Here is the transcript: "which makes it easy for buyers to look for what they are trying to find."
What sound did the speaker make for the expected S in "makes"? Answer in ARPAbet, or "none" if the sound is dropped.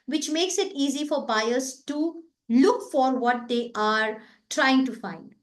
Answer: S